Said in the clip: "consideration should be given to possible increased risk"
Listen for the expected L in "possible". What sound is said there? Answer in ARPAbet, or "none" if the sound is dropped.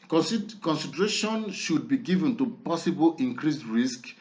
L